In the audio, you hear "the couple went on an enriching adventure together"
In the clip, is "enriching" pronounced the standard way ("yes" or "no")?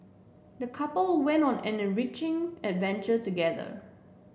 yes